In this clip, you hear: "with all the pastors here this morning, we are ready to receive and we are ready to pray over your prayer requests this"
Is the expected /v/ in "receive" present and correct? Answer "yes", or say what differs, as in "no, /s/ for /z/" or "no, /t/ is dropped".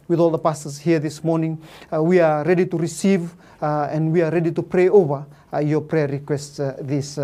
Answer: yes